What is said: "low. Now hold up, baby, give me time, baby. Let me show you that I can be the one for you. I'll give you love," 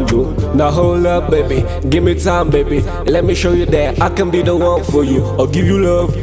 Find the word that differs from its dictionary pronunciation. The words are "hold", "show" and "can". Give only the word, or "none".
hold